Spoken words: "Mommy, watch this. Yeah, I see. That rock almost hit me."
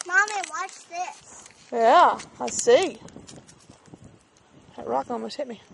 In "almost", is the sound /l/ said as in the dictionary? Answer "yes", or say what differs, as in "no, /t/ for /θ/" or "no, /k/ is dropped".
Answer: no, /l/ is dropped